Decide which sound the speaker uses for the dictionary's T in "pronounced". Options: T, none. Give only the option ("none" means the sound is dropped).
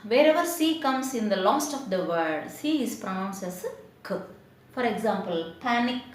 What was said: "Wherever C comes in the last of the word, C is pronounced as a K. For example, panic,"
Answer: none